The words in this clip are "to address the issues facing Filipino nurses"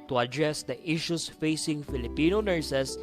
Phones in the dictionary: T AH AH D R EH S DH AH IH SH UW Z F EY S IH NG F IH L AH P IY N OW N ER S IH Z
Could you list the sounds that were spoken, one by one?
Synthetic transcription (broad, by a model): T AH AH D R EH S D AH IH SH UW S F EY S IH NG F IH L AH P IY N OW N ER S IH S